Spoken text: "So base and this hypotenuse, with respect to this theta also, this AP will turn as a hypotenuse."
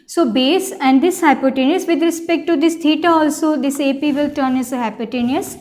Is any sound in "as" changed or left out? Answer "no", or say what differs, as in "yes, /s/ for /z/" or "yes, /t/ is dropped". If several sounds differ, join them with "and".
yes, /s/ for /z/